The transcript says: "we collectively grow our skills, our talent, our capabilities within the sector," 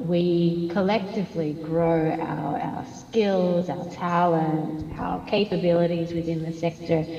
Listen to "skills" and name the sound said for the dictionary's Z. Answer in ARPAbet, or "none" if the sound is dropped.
Z